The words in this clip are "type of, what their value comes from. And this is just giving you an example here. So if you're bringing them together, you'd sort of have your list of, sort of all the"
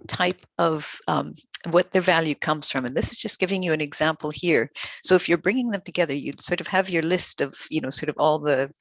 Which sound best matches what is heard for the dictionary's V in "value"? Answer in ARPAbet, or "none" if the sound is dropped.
V